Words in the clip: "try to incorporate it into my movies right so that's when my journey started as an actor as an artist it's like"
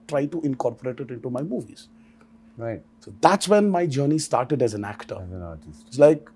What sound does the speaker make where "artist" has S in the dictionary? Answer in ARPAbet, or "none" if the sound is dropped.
none